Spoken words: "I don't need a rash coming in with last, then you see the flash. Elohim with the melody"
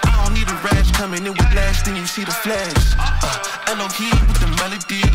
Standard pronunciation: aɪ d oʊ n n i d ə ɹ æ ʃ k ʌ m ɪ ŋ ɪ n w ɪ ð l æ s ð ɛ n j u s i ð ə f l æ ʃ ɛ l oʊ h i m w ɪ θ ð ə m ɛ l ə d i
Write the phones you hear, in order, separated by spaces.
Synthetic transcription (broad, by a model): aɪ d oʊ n n i d ə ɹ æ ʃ k ʌ m ɪ ŋ ɪ n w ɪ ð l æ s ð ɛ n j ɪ s i ð ə f l æ ʃ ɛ n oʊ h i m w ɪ ð ə m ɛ l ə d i